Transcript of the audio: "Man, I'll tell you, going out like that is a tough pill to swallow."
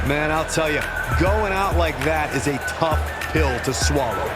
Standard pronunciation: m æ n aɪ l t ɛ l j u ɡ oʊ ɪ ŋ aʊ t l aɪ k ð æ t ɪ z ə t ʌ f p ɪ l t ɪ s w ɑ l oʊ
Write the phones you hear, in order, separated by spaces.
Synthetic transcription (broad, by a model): m æ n aɪ l t ɛ l j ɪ ɡ oʊ ɪ ŋ aʊ t l aɪ k ð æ t ɪ z ə t ʌ f p ɪ l t ɪ s w ɑ l oʊ